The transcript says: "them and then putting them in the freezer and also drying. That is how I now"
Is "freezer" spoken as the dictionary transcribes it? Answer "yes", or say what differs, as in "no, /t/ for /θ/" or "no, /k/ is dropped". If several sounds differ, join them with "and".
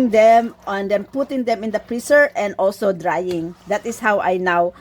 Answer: no, /p/ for /f/ and /s/ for /z/